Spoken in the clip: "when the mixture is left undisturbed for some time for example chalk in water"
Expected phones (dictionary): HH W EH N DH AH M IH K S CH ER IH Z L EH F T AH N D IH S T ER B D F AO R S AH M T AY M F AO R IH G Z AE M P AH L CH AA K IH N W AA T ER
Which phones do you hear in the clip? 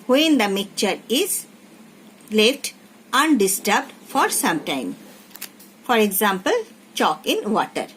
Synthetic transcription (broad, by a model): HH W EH N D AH M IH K CH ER IH Z L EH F T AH N D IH S T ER B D F AO R S AH M T AY M F AO R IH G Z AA M P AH L CH AA K IH N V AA T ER